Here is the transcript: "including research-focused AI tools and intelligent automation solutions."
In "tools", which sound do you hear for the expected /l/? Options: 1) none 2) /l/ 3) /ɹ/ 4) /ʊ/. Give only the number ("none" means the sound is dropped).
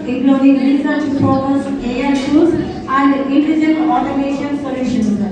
1